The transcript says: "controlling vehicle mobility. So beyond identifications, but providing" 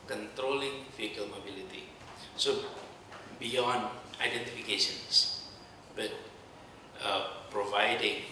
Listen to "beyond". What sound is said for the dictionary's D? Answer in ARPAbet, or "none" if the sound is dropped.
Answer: none